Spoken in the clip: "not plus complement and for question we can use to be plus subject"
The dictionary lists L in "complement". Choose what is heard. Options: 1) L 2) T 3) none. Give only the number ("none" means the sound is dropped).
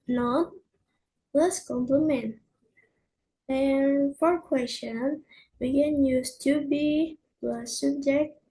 1